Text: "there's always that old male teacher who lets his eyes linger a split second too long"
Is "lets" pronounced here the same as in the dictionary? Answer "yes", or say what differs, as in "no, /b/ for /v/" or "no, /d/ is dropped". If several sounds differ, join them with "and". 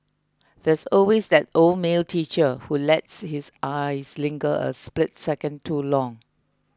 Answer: yes